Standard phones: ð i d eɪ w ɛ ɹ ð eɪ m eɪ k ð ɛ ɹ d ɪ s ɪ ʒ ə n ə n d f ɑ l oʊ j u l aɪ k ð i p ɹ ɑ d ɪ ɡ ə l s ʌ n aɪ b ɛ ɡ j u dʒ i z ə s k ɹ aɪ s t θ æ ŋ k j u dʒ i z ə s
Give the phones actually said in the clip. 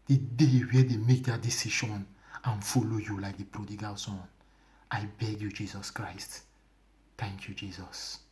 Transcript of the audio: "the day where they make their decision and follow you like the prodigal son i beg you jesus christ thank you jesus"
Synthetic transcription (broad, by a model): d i d eɪ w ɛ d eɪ m eɪ k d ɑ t d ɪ s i ʃ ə n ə n f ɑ l oʊ j u l aɪ k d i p ɹ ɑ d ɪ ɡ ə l s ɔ n aɪ b ɛ ɡ j u dʒ i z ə s k ɹ aɪ s t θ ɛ ŋ k j u dʒ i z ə s